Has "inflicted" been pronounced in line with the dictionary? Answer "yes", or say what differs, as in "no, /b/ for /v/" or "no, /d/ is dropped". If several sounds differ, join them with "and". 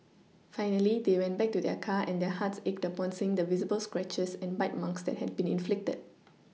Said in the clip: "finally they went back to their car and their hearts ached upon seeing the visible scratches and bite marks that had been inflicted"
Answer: yes